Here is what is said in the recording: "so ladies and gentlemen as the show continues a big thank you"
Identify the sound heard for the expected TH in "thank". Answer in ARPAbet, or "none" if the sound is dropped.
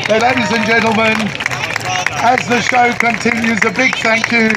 TH